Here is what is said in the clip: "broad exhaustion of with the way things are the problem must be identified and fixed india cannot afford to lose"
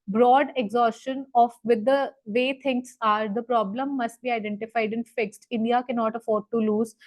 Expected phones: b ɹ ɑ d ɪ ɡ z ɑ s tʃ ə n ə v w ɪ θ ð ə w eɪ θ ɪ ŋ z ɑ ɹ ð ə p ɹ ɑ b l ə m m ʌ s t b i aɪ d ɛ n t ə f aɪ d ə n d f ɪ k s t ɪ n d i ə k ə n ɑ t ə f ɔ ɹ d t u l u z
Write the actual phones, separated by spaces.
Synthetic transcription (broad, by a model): b ɹ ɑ d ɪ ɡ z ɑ s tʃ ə n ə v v ɪ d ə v eɪ t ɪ ŋ s ɑ ɹ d ə p ɹ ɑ b l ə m m ʌ s t b i aɪ d ɛ n t ə f aɪ d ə n f ɪ k s t ɪ n d i ə k ə n ɑ t ə f ɔ ɹ d t u l u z